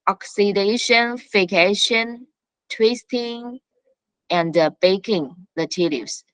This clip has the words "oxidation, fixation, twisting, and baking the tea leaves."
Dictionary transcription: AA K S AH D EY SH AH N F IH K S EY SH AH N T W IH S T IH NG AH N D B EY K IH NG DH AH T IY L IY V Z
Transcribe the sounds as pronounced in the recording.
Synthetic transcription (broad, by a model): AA K S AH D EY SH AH N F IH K EY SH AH N T W IH S T IH NG AH N D B EY K IH NG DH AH T IY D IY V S